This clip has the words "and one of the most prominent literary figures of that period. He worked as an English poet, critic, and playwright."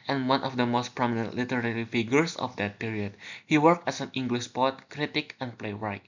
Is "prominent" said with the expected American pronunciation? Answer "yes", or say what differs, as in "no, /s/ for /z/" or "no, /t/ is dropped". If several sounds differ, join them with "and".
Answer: yes